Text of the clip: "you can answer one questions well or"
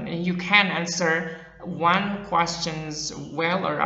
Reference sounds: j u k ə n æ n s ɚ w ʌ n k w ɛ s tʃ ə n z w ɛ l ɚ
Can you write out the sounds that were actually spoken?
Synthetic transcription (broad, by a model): j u k ə n æ n s ɚ w ʌ n k w ɛ s tʃ ə n z w ɛ l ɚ